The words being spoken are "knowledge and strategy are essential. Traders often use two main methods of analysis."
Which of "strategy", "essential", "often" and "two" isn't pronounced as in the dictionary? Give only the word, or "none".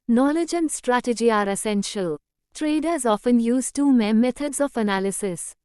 none